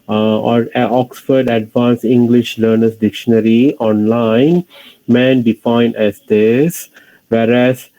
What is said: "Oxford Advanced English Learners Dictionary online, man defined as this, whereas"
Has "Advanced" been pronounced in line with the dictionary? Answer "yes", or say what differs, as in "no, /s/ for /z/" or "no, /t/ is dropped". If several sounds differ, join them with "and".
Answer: no, /t/ is dropped